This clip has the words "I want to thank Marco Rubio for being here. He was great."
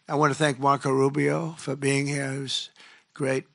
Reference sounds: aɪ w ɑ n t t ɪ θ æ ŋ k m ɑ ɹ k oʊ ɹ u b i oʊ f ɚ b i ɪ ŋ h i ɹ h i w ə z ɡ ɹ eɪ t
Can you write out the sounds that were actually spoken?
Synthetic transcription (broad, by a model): aɪ w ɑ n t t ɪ θ æ ŋ k m ɑ ɹ k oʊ ɹ u b i oʊ f ɚ b i ɪ ŋ h i ɹ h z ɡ ɹ eɪ t